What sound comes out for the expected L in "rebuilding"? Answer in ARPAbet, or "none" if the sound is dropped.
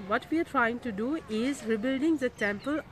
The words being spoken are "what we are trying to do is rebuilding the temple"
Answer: L